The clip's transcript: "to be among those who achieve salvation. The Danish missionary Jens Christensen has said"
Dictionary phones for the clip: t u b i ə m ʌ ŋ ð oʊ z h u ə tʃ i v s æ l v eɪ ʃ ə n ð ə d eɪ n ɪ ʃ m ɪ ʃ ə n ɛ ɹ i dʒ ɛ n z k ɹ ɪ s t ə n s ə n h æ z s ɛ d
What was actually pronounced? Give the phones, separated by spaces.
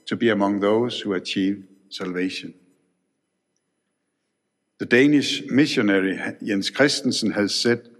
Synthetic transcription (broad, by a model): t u b i ə m ʌ ŋ ð oʊ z h u ə tʃ i v s æ l v eɪ ʃ ə n ð ə d eɪ n ɪ ʃ m ɪ ʃ ə n ɛ ɹ i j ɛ n s k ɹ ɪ s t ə n s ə n h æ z s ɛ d